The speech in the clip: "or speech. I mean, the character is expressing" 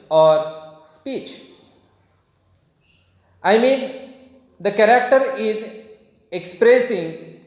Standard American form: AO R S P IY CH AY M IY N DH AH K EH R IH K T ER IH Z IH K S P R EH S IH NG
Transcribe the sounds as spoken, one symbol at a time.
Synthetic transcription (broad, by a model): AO R S P IY CH AY M IY N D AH K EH R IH K T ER IH Z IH K S P R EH S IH NG